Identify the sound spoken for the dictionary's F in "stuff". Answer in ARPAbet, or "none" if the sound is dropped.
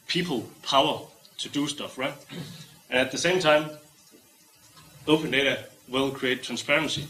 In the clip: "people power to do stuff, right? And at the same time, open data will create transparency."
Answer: F